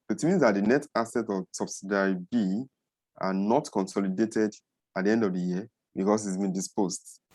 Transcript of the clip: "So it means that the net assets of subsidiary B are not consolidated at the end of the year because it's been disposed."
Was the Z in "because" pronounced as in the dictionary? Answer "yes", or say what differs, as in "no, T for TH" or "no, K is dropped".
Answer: no, S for Z